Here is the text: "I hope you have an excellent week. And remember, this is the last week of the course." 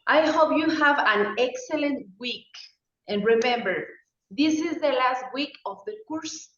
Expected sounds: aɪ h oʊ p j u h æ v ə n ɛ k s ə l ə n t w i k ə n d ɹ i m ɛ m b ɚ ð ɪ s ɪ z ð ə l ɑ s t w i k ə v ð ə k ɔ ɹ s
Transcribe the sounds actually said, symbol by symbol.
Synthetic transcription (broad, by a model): aɪ h oʊ p j u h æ v ə n ɛ k s ə l ə n t w i k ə n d ɹ i m ɛ m b ɚ ð ɪ s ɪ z ð ə l ɑ s t w i k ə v ð ə k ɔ ɹ s